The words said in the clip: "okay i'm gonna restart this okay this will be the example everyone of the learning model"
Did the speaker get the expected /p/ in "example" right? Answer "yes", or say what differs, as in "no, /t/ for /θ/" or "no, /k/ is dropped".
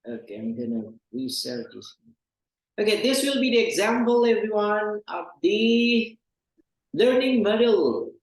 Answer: yes